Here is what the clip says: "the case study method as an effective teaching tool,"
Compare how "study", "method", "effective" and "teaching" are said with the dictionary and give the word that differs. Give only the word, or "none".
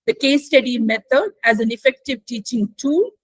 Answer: method